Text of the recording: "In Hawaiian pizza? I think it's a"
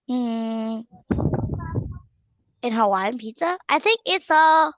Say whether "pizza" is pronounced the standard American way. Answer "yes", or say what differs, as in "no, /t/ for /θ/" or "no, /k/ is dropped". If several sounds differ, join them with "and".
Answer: no, /s/ is dropped